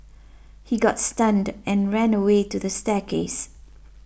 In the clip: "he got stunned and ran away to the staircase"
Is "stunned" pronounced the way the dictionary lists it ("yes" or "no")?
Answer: yes